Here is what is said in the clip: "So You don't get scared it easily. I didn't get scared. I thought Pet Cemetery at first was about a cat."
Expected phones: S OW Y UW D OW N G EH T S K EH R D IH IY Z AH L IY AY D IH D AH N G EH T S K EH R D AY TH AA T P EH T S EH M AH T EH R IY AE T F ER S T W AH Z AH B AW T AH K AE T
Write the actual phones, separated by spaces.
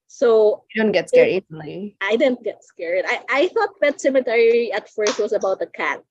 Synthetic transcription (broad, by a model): S OW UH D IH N G EH T S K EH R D IH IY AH IY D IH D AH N G EH T S K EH R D AY TH AA T B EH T S EH M AH T EH R IY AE T F ER S T W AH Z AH B AW T AH K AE T